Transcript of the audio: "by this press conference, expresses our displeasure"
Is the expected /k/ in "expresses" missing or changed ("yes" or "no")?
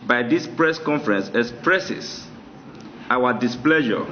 yes